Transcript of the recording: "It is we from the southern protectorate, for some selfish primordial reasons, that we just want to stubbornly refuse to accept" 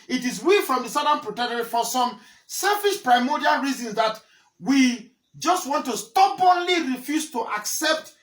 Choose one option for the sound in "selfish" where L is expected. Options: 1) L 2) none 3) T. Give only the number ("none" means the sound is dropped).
1